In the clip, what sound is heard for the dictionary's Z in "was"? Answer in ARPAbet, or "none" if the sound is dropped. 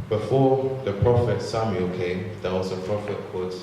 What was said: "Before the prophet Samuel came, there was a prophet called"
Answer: S